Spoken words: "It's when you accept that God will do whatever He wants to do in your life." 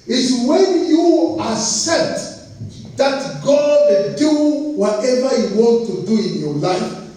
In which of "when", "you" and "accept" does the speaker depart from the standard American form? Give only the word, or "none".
accept